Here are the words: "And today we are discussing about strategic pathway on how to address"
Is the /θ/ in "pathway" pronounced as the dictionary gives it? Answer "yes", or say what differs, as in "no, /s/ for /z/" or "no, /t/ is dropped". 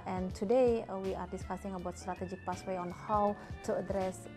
no, /s/ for /θ/